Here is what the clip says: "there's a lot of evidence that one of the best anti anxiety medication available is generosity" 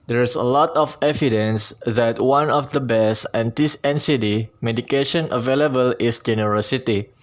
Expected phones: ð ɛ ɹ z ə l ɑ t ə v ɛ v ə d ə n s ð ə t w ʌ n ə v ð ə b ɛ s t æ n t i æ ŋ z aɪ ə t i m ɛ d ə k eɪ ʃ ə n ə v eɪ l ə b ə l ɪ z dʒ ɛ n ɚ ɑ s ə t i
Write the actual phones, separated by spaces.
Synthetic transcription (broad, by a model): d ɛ ɹ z ə l ɑ t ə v ɛ v ə d ə n s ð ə t w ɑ n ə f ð ə b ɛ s ɛ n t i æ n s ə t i m ɛ d ə k eɪ ʃ ə n ə v eɪ l ə b ə l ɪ s dʒ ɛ n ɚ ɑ s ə t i